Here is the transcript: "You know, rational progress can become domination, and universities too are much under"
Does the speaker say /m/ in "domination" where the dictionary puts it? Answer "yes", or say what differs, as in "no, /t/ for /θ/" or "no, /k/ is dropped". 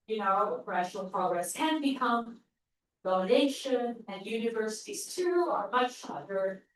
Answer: no, /m/ is dropped